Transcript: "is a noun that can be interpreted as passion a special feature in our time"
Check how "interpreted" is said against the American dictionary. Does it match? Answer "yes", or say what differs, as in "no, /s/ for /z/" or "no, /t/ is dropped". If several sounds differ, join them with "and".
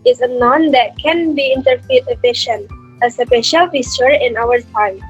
no, /p/ is dropped